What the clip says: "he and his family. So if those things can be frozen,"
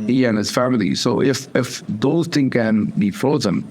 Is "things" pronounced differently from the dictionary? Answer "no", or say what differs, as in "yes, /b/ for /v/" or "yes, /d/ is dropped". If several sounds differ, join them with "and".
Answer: yes, /z/ is dropped